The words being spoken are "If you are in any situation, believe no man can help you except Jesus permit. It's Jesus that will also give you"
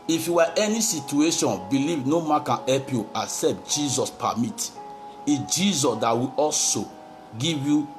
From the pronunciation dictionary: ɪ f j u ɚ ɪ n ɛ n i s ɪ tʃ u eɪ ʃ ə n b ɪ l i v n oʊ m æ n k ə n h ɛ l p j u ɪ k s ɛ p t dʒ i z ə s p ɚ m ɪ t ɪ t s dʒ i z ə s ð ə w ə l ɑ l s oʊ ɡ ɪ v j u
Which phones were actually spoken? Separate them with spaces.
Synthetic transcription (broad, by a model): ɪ f j u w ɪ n ɛ n i s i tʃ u eɪ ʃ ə n b ɪ l i v n oʊ m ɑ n k ə n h ɛ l p j u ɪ s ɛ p t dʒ i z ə s p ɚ m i t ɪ dʒ i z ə s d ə w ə ɑ l s oʊ ɡ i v j u